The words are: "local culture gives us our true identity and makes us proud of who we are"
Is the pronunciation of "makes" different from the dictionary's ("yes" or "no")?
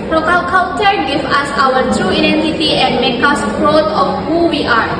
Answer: yes